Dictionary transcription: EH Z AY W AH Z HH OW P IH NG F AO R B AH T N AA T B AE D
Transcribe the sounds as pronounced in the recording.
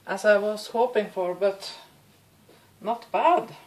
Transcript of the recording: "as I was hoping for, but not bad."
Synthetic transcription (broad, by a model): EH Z AY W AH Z HH OW P IH NG F AO R B AH T N AA T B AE D